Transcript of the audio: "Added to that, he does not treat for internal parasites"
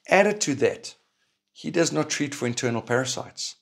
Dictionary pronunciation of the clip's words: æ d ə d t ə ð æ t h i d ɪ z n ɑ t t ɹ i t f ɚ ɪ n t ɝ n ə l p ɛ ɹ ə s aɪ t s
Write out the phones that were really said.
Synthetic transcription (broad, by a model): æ d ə d t ə ð æ t h i d ɪ z n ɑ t t ɹ i t f ɚ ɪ n t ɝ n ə l p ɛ ɹ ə s aɪ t s